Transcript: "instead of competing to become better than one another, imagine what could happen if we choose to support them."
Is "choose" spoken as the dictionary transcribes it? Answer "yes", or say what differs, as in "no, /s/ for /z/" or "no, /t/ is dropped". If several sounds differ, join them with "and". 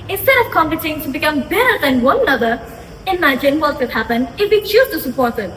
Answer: no, /z/ is dropped